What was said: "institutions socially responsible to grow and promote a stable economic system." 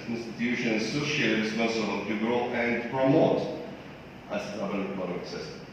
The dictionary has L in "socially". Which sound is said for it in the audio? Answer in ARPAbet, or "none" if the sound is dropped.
none